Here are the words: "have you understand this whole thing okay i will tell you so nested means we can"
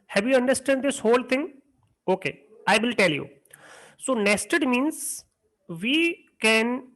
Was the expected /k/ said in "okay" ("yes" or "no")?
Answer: yes